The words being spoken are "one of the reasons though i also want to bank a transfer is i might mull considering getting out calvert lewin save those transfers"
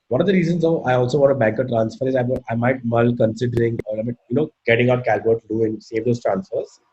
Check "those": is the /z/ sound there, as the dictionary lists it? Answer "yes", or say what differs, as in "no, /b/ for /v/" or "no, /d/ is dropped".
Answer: no, /s/ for /z/